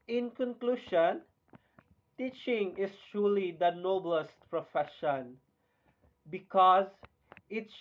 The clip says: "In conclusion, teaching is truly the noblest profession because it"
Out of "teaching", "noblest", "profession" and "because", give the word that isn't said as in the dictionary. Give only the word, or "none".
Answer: none